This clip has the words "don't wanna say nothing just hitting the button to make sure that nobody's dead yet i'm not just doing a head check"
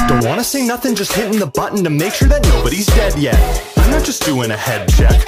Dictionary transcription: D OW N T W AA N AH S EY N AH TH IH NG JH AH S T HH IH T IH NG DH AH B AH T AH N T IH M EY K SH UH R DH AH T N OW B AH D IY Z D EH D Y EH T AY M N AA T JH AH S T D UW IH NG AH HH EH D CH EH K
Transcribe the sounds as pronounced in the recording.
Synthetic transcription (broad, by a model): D OW N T W AA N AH S EY N AH TH IH NG JH AH S T HH IH T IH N DH AH B AH T N T IH M EY K SH UH R DH AH T N OW B AH D IY Z D EH D Y EH T AY M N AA T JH AH S D UW IH NG AH HH EH D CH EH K